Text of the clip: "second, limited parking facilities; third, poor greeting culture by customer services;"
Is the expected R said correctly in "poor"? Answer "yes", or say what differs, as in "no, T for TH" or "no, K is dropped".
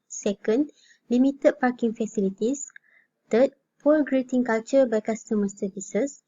no, L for R